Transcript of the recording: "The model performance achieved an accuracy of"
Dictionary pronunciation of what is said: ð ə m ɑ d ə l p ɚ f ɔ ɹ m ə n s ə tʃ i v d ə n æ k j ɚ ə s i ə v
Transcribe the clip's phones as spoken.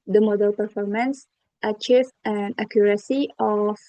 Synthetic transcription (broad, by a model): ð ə m ɑ d ə l p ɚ f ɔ ɹ m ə n s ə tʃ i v ə n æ k j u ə s i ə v